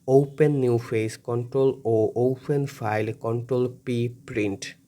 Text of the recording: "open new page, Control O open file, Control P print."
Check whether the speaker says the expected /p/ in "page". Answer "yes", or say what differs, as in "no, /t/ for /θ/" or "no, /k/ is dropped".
no, /f/ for /p/